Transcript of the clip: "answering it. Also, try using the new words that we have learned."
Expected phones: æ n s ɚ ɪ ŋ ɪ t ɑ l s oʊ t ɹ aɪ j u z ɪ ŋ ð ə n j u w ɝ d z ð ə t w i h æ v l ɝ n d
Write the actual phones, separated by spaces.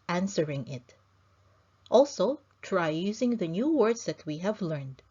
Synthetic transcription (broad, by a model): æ n s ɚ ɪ ŋ ɪ t ɑ l s oʊ t ɹ aɪ j u z ɪ ŋ ð ə n j u w ɝ d z ð ə t w i h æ v l ɝ n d